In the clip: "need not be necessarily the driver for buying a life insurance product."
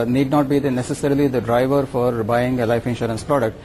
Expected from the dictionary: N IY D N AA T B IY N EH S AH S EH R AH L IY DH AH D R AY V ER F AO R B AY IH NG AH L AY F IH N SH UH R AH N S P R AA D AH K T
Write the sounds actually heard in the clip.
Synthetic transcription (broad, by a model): N IY D N AA T B IY N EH S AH S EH R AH L IY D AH D R AY V ER F AO R B AY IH NG AH L AY F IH N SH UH R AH N S P R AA D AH K T